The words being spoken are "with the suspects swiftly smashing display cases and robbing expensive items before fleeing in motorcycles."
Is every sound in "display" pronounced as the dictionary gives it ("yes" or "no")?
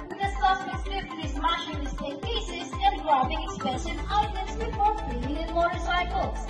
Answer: no